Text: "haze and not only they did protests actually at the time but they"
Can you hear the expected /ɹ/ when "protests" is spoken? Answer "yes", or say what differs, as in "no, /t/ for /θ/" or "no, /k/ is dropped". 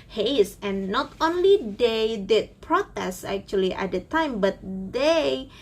yes